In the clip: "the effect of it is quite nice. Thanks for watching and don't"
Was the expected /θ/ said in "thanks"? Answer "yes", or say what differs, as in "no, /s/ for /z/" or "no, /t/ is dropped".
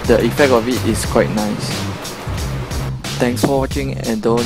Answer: no, /t/ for /θ/